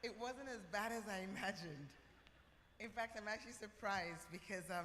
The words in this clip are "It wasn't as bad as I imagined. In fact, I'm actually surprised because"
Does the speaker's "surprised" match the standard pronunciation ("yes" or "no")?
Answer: yes